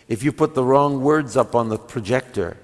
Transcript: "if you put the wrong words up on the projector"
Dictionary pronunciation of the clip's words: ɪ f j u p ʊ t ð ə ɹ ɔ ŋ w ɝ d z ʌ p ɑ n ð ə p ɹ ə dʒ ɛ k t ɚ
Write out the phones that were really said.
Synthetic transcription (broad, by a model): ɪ f j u p ʊ t ð ə ɹ ɔ ŋ w ɝ d z ʌ p n ð ə p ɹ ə dʒ ɛ k t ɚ